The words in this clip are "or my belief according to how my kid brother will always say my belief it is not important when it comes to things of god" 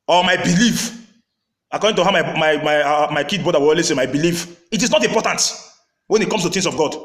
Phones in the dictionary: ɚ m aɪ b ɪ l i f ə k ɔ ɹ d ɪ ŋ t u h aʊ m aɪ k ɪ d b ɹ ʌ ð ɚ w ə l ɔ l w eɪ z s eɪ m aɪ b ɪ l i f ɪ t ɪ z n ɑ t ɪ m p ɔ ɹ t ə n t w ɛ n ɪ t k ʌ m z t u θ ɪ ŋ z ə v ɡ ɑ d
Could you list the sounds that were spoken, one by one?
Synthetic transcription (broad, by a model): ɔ m aɪ b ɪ l i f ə k ɔ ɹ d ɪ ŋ t u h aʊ m aɪ k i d b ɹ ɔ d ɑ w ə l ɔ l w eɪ s eɪ m aɪ b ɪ l i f ɪ t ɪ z n ɑ t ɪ m p ɔ t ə n t w ɛ n ɪ t k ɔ m s t u t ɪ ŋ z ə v ɡ ɑ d